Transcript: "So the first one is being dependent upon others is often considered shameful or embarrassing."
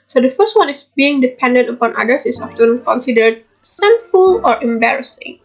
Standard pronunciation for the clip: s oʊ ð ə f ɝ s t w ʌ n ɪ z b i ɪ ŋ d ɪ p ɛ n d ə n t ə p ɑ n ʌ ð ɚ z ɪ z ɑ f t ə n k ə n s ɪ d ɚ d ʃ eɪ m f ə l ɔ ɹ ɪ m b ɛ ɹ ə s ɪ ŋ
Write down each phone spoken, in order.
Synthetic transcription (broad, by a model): s oʊ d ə f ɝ s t w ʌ n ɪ s b i ɪ ŋ d ɪ p ɛ n d ə n t ə p ɑ n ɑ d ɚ s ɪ s ɑ f t ə n k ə n s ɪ d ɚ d s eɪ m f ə l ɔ ɹ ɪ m b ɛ ɹ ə s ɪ ŋ